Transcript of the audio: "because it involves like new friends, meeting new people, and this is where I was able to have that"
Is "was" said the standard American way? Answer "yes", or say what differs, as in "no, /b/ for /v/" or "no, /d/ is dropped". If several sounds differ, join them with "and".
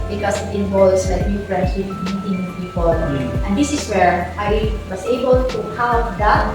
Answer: no, /s/ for /z/